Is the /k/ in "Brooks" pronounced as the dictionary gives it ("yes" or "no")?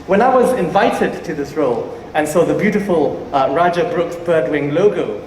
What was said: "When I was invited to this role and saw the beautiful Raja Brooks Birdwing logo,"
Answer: yes